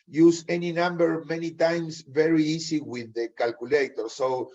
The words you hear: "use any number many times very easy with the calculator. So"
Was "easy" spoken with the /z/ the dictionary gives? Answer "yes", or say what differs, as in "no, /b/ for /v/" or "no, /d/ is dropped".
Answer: no, /s/ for /z/